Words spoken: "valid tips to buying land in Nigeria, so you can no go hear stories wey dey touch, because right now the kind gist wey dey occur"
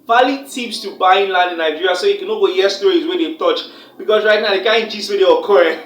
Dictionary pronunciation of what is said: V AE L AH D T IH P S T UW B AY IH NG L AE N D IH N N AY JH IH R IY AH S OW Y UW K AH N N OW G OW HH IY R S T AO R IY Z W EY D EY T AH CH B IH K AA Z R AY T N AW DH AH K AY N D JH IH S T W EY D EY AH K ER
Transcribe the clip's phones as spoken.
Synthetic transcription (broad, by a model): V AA L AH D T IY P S T UW B AY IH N L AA N D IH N N AY JH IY R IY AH S OW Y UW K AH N N OW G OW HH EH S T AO IY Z W EY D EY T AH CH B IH K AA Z R AY T N AW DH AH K AY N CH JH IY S W EY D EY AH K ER